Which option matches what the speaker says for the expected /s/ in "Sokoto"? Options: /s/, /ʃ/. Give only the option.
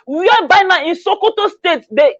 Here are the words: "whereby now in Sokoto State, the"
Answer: /s/